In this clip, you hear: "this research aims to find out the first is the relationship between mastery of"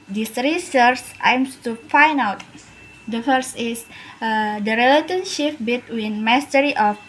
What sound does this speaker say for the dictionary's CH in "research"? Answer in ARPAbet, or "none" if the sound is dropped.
S